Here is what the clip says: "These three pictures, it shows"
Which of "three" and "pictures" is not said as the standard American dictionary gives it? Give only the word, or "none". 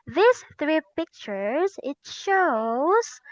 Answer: none